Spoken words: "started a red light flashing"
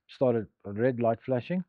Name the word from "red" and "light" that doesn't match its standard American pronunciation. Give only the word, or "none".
none